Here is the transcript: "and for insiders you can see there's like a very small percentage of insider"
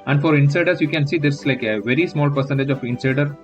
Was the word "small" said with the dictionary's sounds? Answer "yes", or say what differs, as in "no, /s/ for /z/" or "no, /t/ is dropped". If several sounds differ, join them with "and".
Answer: yes